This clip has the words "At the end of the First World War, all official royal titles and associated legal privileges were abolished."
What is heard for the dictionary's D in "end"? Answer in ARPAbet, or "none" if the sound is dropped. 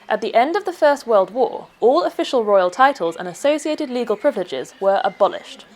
D